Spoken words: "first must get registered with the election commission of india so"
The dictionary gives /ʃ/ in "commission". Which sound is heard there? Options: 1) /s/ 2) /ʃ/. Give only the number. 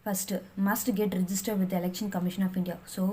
2